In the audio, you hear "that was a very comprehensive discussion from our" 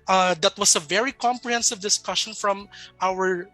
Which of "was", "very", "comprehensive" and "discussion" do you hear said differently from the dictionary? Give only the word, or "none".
was